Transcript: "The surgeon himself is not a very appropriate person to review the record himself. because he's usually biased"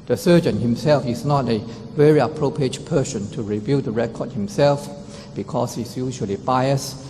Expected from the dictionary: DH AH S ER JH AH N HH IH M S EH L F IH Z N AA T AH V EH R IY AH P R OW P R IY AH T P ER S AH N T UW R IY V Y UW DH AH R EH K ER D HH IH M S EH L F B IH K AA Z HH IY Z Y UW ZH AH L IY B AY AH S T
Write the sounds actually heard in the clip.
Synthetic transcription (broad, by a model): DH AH S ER JH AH N HH IH M S EH L F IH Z N AA T AH V EH R IY AH P R OW P R IY AH T P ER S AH N T UW R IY V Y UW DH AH R EH K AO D HH IH M S EH L F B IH K AA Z HH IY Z Y UW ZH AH L IY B AY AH S